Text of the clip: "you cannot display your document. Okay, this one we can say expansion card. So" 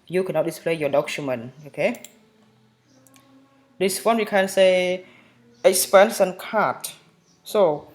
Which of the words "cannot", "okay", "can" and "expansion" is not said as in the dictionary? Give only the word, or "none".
expansion